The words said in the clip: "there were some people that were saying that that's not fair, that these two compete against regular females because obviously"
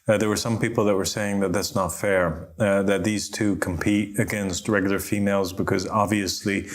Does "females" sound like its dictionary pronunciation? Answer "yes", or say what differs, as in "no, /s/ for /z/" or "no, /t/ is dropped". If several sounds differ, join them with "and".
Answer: yes